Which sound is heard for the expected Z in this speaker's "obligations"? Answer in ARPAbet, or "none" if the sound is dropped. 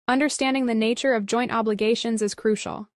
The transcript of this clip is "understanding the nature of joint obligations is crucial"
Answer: Z